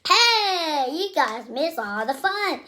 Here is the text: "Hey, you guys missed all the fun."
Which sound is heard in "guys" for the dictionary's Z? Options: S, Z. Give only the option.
Z